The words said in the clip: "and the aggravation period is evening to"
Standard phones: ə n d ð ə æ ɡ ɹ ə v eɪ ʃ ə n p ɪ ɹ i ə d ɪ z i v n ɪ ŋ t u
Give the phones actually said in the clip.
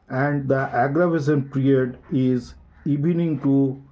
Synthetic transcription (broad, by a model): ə n d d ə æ ɡ ɹ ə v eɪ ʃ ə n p ɹ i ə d ɪ z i b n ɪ ŋ t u